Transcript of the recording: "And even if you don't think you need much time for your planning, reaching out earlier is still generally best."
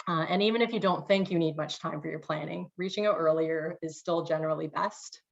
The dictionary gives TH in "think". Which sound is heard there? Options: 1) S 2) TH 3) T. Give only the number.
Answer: 2